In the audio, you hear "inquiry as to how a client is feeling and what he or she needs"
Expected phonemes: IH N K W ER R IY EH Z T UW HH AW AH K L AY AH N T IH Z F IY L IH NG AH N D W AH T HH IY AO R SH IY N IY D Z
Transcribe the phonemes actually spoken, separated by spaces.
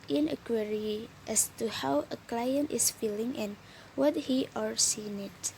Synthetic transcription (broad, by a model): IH N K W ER R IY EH S T UW HH AW AH K L AY AH N T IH S F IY L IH NG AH N W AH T HH IY AO R S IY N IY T